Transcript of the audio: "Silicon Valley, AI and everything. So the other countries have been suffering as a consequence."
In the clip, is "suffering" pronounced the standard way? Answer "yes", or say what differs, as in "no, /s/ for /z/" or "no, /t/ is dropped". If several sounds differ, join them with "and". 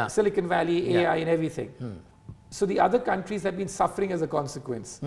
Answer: yes